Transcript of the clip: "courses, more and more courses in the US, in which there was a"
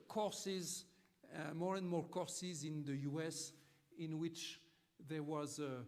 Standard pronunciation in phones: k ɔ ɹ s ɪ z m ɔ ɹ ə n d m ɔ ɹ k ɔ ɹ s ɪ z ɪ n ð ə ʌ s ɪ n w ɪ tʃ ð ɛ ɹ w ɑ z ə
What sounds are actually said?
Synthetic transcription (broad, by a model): k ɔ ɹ s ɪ z m ɔ ɹ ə n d m ɔ ɹ k ɔ ɹ s ɪ z ɪ n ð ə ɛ s ɪ n w ɪ tʃ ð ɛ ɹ w ɑ z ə